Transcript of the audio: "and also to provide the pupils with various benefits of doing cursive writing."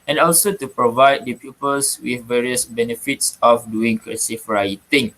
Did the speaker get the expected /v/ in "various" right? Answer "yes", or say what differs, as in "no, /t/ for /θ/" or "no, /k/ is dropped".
yes